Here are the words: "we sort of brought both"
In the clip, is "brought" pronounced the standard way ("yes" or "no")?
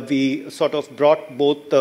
yes